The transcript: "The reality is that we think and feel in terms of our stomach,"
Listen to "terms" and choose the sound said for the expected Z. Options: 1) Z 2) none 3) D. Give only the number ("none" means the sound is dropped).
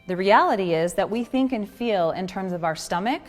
1